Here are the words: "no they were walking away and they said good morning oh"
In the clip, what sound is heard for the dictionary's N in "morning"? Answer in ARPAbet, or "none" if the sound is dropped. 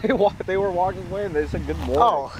none